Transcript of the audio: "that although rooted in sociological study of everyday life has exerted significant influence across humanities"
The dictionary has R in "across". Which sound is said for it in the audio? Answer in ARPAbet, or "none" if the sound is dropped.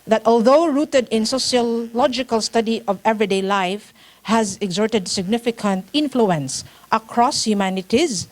R